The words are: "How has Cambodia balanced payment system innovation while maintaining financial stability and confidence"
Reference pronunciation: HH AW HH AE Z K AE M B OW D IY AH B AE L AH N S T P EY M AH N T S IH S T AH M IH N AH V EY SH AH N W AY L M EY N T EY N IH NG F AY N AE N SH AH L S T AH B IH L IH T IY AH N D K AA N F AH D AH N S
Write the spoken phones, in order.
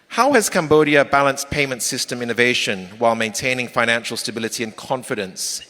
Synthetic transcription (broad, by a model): HH AW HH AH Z K AE M B OW D IY AH B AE L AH N S P EY M AH N T S IH S T AH M IH N AH V EY SH AH N W AY L M EY N T EY N IH NG F AY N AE N SH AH L S T AH B IH L IH T IY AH N K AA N F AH D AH N S